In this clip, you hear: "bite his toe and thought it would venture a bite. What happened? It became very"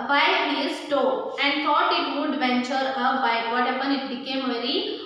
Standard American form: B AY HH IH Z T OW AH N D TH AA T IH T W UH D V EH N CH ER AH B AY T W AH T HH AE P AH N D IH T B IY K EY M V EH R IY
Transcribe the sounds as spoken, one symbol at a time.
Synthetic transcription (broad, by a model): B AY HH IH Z T OW AH N D T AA T IH T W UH D V EH N CH ER AH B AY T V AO T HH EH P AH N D IH T B IY K EY M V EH R IY